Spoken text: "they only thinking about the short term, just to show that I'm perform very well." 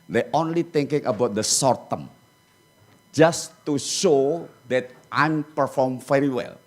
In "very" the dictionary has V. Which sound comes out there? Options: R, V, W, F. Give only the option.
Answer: F